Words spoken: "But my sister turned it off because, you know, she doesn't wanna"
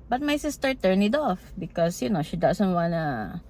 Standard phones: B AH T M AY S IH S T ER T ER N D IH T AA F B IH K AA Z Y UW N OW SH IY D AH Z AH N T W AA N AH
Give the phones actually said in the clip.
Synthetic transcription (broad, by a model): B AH T M AY S IH S T ER T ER N IH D AA F B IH K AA S Y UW N OW SH IY D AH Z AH N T W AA N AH